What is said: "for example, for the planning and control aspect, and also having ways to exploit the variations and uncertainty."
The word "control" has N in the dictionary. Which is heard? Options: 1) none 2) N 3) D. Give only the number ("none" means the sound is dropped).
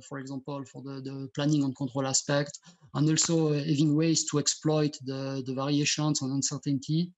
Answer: 1